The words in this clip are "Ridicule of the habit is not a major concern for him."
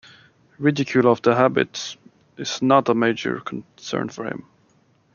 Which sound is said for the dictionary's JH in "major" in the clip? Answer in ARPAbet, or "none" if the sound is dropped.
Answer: JH